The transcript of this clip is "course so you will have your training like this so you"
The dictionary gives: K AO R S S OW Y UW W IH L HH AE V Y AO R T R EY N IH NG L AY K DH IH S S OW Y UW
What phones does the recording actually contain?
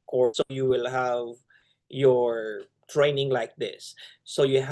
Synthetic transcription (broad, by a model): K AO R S S OW Y UW W IH L HH AE V Y AO R T R EY N IH NG L AY K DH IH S S OW Y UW